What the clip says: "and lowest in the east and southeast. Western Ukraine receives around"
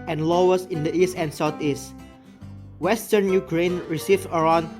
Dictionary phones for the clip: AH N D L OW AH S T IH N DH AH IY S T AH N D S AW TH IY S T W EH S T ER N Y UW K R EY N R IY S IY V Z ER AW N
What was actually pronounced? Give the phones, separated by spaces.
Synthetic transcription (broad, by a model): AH N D L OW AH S IH N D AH IY S T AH N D S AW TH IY S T W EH S T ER N Y UW K R EY N R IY S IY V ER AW N